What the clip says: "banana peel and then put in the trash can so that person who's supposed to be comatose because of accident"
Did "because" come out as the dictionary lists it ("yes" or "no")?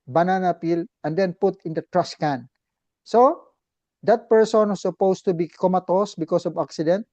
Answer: no